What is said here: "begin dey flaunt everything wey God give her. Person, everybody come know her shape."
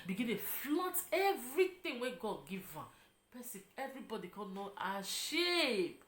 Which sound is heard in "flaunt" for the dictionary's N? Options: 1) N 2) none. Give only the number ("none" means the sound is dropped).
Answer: 2